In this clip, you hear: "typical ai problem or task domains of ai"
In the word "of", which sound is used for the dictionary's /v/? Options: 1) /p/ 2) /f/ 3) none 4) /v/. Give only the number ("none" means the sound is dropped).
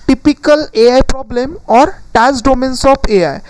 1